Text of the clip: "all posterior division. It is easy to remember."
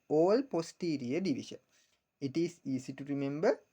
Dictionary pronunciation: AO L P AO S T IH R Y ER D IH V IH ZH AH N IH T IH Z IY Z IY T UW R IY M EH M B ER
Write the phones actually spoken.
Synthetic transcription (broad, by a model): AO L P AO S T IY R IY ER D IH V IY SH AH N IH T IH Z IY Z IY T UW R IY M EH M B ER